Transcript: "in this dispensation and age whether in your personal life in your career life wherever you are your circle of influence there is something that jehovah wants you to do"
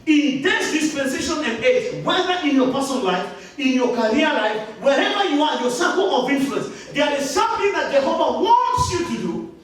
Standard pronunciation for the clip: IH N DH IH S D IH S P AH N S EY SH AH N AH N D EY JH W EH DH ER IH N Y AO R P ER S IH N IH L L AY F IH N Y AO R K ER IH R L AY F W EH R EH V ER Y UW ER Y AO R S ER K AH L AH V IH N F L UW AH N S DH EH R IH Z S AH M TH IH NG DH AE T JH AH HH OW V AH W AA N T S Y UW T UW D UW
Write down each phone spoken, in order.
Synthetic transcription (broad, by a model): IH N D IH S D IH S P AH N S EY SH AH N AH N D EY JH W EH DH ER IH N Y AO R P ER S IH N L L AY F IH N Y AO K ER R L AY F W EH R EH V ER Y UW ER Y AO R S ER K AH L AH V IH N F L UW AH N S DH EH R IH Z S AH M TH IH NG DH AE T JH AH HH OW V AH W AA N T S Y UW T UW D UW